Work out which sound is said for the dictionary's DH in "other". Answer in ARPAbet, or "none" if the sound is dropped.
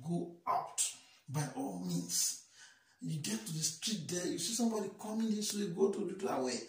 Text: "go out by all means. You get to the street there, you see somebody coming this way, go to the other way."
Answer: none